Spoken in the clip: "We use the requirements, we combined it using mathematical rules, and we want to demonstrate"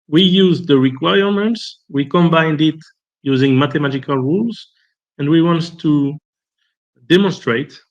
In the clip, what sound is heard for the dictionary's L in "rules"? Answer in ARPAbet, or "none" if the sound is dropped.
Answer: L